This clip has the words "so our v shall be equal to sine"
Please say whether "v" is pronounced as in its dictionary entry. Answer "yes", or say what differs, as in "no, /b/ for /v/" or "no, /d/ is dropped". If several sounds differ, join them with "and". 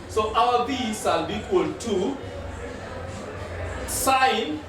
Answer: no, /b/ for /v/